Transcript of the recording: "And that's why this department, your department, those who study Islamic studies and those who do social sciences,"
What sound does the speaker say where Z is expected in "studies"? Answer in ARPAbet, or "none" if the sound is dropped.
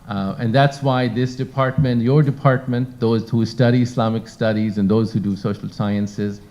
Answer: Z